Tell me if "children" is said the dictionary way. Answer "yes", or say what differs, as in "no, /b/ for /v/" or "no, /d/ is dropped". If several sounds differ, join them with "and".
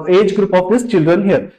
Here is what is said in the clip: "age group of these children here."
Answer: yes